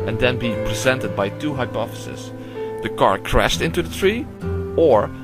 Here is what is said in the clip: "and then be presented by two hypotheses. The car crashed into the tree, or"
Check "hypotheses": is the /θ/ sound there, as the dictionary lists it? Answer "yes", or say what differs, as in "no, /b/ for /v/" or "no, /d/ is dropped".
no, /f/ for /θ/